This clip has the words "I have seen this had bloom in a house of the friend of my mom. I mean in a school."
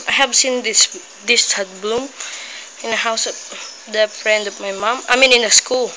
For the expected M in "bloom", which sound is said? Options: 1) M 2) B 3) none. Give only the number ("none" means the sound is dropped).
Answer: 1